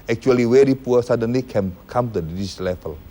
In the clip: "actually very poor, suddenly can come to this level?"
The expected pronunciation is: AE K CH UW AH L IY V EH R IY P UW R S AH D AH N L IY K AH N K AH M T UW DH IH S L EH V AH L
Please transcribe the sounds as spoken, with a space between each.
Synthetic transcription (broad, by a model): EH K CH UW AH L IY W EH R IY P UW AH S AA D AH N L IY K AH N K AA M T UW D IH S L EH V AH L